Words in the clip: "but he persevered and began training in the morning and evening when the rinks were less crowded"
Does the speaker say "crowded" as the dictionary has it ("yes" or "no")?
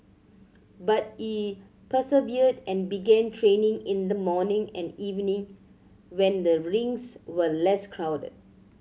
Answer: yes